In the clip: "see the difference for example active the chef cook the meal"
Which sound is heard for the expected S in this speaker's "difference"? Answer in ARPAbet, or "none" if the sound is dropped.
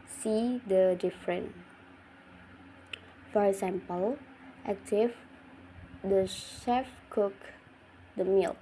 none